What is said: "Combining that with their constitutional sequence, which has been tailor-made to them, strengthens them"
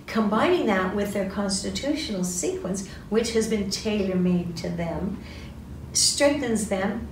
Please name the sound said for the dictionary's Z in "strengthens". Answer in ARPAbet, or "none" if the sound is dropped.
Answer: Z